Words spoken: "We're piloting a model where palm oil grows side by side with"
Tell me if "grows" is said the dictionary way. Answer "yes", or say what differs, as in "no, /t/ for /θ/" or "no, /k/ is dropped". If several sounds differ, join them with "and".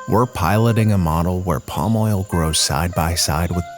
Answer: yes